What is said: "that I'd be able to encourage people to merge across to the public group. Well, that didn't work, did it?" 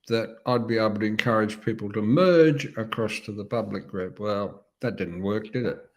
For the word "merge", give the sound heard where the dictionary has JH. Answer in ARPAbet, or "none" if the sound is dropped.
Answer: JH